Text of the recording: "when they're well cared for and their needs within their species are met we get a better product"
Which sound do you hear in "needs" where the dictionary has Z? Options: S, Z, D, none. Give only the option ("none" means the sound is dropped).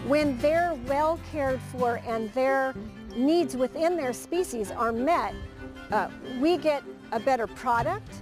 Z